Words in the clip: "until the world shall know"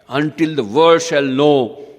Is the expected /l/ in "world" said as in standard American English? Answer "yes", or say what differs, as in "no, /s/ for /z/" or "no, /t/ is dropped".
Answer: no, /l/ is dropped